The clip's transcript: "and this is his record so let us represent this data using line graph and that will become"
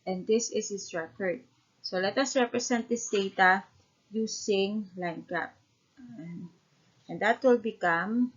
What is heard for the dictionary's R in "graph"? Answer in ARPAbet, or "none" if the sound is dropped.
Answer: none